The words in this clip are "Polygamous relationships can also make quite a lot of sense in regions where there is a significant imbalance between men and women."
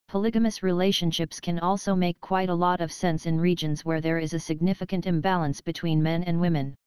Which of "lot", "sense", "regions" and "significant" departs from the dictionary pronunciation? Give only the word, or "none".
none